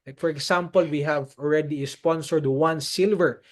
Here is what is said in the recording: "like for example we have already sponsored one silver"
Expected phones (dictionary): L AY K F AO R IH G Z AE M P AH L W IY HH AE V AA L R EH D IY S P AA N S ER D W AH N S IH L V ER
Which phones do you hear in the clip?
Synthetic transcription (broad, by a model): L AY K F AO R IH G S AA M P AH L W IY HH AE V AA L R EH D IY S P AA N S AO D W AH N S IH L V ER